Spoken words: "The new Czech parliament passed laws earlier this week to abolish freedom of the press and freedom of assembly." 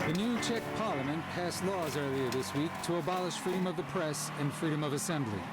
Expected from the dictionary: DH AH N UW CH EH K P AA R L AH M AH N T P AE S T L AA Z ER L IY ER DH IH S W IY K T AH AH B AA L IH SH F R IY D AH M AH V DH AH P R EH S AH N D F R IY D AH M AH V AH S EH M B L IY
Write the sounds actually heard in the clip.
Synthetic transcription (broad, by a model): DH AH N UW CH EH K P AA R L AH M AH N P AE S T L AA Z ER L IY ER DH IH S W IY K T AH AH B AA L IH SH F R IY D AH M AH V DH AH P R EH S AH N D F R IY D AH M AH V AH S EH M B L IY